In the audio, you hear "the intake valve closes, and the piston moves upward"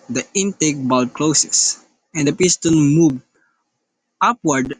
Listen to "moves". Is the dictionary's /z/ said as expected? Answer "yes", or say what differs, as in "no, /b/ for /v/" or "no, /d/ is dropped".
no, /z/ is dropped